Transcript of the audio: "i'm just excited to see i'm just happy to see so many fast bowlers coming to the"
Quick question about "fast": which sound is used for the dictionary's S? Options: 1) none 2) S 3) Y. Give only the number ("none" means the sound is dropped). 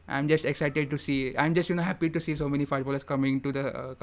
1